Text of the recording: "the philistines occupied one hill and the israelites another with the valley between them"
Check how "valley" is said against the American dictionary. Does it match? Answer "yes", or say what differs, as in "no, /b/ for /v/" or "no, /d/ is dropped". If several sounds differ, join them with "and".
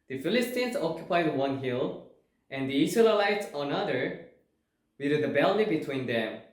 no, /b/ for /v/